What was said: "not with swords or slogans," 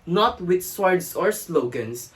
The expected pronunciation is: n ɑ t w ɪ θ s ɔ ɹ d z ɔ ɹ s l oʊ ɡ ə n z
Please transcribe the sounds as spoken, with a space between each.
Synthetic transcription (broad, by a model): n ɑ t w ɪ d s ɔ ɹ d s ɔ ɹ s l oʊ ɡ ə n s